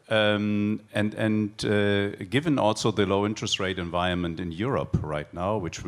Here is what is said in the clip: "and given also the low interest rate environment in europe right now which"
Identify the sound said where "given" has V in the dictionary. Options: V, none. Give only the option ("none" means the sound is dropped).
V